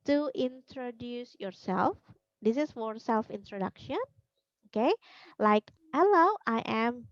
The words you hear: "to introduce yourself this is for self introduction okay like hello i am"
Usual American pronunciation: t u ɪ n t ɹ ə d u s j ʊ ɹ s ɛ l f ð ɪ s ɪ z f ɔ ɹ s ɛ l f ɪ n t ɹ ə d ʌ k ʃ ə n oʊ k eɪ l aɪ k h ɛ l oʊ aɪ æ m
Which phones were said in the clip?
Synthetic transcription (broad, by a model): t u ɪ n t ɹ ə d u s j ʊ ɹ s ɛ l f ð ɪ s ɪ s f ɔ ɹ s ɛ l f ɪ n t ɹ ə d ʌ k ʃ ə n oʊ k eɪ l aɪ k h ɛ l oʊ aɪ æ m